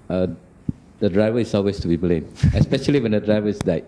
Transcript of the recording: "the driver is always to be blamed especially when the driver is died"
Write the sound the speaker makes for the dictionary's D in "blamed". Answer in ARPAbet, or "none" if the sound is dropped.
none